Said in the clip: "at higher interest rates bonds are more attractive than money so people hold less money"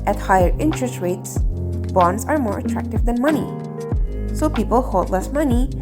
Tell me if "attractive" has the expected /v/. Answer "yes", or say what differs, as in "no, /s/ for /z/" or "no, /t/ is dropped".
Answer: yes